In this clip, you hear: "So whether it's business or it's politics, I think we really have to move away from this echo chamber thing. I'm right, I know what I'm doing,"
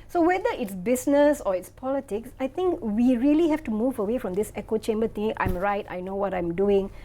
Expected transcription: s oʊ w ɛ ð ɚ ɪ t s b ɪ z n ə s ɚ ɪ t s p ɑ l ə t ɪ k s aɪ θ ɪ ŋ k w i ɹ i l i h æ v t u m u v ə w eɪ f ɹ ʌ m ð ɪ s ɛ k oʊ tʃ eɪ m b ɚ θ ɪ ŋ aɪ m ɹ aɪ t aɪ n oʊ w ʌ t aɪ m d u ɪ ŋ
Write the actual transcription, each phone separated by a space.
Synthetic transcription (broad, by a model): s oʊ w ɛ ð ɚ ɪ t s b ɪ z n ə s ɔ ɪ t s p ɑ l ə t ɪ k s aɪ t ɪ ŋ k w i ɹ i l i h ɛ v t u m u v ə w eɪ f ɹ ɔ m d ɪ s ɛ k oʊ tʃ eɪ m b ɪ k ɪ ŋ aɪ m ɹ aɪ t aɪ n oʊ w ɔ t aɪ m d u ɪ ŋ